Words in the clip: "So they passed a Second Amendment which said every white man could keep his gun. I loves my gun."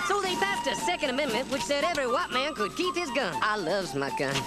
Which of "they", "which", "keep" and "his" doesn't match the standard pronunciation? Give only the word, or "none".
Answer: none